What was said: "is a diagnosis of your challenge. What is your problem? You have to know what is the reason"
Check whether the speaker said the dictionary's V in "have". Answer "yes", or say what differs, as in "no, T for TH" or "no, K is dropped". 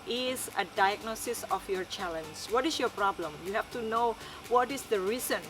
no, F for V